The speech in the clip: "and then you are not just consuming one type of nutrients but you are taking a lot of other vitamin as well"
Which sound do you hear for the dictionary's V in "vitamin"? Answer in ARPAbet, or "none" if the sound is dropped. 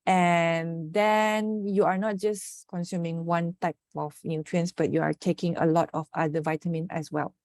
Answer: V